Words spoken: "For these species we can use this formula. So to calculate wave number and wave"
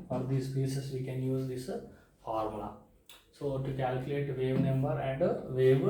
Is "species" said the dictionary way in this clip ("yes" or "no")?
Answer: no